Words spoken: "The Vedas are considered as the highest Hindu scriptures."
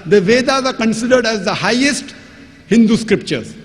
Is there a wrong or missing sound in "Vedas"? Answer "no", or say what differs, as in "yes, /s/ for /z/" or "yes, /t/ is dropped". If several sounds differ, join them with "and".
no